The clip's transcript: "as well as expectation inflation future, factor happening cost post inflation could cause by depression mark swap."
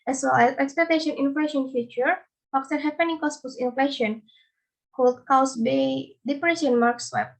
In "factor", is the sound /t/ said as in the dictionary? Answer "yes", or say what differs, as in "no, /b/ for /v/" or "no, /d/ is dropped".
no, /s/ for /t/